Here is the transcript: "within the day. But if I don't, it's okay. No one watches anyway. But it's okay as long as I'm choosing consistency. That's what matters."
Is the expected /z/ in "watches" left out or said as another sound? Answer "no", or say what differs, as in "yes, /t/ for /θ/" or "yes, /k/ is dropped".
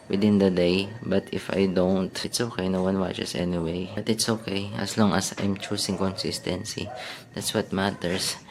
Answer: yes, /s/ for /z/